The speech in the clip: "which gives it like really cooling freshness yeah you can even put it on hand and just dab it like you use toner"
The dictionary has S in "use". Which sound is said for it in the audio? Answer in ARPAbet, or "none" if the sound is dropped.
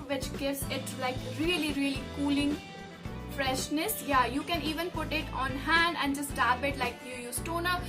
S